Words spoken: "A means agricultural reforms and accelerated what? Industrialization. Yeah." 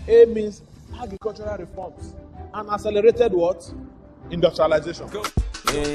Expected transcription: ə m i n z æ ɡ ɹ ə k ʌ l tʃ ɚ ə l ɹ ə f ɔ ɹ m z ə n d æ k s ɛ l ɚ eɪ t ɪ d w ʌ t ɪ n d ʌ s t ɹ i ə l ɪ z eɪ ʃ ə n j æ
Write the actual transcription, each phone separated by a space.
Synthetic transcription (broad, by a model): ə m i n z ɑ ɡ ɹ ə k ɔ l tʃ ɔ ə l ɹ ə f ɔ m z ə n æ s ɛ l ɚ eɪ t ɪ d w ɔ t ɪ n d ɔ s t ɹ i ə l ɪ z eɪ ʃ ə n